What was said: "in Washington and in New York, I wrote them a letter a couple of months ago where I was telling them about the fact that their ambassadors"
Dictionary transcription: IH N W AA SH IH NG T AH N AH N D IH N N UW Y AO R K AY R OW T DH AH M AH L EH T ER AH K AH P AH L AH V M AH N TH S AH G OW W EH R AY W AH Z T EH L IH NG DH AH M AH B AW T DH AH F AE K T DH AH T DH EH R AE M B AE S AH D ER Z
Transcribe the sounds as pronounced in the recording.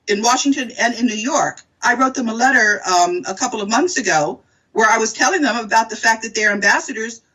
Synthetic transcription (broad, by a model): IH N W AA SH IH NG T AH N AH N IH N N UW Y AO R K AY R OW T DH AH M AH L EH T ER AH K AH P L AH V M AH N TH S AH G OW W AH R AY W AH Z T EH L IH NG DH AH M AH B AW T DH AH F AE K DH AH T DH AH R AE M B AE S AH D ER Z